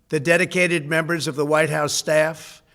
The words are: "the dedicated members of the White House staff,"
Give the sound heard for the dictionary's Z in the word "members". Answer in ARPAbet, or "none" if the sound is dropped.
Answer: Z